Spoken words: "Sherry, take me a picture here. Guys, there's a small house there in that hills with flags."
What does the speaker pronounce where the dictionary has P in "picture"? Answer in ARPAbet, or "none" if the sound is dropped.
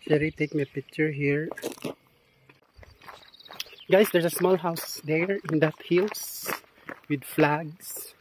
P